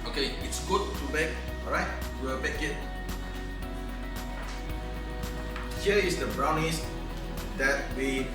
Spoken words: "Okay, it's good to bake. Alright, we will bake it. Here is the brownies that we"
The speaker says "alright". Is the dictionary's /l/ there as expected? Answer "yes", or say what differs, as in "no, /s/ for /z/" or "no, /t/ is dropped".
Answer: no, /l/ is dropped